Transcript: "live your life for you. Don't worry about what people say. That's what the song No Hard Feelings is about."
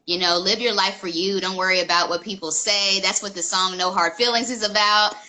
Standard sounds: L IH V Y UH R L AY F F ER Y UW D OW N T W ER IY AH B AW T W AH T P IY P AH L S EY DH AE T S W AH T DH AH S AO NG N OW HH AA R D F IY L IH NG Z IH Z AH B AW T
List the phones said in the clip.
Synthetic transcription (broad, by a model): L IH V Y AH R L AY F F ER Y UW D OW N T W ER IY AH B AW T W AH T P IY P L S EY DH AE T S W AH T DH AH S AO NG N OW HH AA R D F IY L IH NG Z IH Z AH B AW T